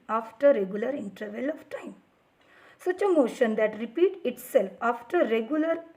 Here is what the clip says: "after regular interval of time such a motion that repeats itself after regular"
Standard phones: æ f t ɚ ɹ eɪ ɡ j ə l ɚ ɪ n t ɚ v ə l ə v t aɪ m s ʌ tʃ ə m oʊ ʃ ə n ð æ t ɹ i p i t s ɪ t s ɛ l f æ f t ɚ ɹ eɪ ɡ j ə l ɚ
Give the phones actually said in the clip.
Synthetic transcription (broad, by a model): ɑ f t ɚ ɹ eɪ ɡ j ə l ɚ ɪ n t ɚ v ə l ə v t aɪ m s ʌ tʃ ə m oʊ ʃ ə n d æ t ɹ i p i t ɪ t s ɛ l f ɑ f t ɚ ɹ eɪ ɡ j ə l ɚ